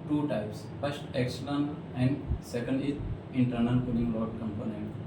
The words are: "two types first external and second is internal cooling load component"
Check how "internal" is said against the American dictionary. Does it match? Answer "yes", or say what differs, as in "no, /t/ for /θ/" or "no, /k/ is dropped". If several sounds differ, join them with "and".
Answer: no, /n/ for /l/